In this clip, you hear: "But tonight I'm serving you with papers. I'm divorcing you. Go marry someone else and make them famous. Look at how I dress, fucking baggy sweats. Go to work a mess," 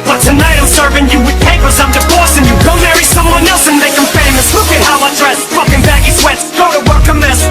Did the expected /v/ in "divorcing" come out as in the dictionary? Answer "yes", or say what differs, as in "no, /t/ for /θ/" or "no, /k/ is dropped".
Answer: no, /b/ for /v/